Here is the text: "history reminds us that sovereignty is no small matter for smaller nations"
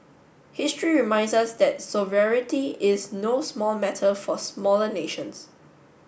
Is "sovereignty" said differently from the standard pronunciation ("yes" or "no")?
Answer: yes